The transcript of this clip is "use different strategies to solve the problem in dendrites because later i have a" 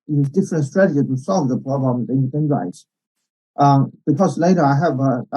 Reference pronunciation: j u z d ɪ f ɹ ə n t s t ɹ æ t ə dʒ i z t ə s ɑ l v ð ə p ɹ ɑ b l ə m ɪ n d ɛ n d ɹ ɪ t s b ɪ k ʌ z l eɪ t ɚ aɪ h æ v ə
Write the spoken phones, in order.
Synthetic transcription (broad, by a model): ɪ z d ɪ f ɹ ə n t s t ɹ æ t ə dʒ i t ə s ɑ l v ð ə p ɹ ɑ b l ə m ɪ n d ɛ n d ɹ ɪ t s b ɪ k ʌ z l eɪ t ɚ aɪ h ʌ v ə